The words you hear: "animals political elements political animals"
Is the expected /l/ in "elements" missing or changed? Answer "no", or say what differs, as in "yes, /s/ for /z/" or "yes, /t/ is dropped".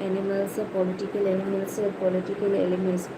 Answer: yes, /n/ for /l/